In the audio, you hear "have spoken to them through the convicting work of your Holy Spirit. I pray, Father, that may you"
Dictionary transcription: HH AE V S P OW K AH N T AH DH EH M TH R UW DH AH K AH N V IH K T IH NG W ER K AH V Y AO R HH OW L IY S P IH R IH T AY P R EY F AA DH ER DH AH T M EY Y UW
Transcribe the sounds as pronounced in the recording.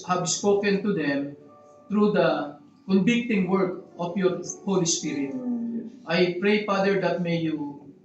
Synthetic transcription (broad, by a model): HH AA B S P OW K AH N T AH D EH M T R UW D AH K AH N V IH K T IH NG W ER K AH F Y AO R HH OW L IY S P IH R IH T AY P R EY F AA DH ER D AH T M EY Y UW